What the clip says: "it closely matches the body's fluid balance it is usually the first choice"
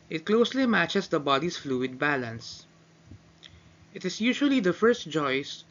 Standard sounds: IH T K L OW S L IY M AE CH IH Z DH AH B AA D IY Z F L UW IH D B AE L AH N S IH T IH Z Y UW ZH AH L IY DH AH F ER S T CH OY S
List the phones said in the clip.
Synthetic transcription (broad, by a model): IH T K L OW S L IY M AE CH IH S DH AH B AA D IY S F L UW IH D B AE L AH N S IH T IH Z Y UW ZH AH L IY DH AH F ER S T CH OY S